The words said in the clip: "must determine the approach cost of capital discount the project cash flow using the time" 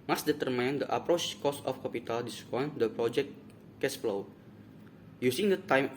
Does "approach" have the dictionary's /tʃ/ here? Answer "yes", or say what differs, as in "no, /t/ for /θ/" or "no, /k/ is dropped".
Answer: yes